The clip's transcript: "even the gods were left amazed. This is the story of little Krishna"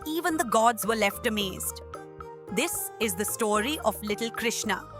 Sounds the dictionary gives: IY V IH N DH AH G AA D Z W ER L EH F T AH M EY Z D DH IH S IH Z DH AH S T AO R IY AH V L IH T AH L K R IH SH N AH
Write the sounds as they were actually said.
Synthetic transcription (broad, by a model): IY V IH N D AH G AA D Z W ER L EH F T AH M EY Z D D IH S IH Z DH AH S T AO R IY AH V L IH T L K R IH SH N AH